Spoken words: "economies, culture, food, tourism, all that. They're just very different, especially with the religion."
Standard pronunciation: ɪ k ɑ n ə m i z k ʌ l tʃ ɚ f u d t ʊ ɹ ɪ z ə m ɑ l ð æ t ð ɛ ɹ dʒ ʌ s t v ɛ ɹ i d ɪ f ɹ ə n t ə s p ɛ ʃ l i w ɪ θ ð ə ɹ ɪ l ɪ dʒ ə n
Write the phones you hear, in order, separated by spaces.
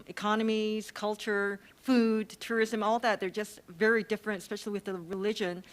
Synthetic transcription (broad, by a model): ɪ k ɑ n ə m i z k ʌ l tʃ ɚ f u d t ʊ ɹ ɪ z ə m ɑ l ð æ t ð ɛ ɹ dʒ ʌ s t v ɛ ɹ i d ɪ f ɹ ə n t ə s p ɛ ʃ l i w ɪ ð ə ɹ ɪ l ɪ dʒ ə n